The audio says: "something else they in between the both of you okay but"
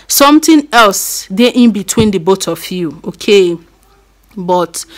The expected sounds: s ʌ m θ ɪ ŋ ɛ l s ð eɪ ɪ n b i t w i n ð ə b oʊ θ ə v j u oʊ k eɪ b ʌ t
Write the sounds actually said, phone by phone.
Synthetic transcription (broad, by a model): s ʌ m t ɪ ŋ ɛ l s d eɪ ɪ n b i t w i n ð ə b oʊ t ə f j u oʊ k eɪ b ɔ t